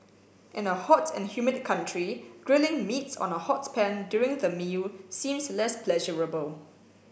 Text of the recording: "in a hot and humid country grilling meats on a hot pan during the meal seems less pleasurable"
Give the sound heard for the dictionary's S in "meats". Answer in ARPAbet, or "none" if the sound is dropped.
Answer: S